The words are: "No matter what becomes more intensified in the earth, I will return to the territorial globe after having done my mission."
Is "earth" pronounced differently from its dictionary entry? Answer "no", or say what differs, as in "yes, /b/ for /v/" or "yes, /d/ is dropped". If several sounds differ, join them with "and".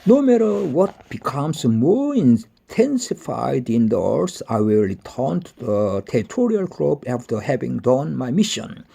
yes, /s/ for /θ/